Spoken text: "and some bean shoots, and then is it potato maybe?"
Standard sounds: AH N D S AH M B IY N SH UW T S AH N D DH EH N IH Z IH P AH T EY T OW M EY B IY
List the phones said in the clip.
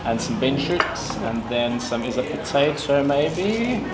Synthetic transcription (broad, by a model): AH N S AH M B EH N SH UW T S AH N DH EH N IH Z IH P AH T EY T OW M EY B IY